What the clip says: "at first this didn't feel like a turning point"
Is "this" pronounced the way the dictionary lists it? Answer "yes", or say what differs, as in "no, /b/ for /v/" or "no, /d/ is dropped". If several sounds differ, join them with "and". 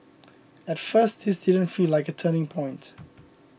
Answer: yes